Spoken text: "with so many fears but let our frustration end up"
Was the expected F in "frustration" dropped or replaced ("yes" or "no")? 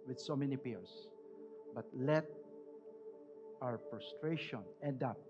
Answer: yes